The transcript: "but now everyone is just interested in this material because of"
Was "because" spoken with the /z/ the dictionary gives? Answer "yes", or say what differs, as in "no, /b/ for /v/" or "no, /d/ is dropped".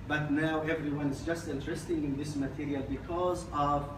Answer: yes